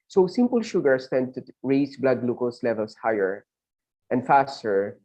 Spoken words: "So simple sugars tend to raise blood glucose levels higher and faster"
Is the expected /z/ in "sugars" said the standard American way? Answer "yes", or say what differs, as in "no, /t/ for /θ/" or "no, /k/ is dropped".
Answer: no, /s/ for /z/